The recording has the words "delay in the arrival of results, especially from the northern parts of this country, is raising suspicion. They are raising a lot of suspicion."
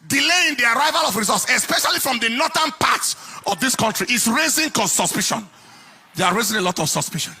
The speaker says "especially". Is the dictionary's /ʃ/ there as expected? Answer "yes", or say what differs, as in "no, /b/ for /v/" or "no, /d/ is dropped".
yes